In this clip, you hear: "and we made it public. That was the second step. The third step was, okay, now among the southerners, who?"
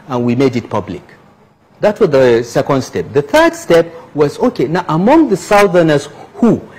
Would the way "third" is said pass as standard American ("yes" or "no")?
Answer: yes